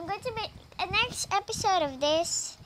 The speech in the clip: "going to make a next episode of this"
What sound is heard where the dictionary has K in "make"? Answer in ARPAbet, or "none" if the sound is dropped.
none